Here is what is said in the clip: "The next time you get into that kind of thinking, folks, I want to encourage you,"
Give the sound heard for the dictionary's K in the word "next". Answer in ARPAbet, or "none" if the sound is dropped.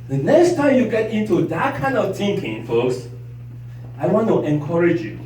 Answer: K